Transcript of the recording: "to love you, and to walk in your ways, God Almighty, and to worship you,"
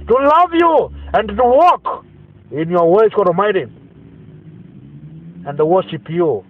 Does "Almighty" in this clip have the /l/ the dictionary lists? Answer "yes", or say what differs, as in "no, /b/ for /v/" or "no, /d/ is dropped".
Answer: no, /l/ is dropped